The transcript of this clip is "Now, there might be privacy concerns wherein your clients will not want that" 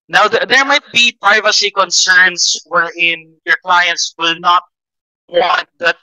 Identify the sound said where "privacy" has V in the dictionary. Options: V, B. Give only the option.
V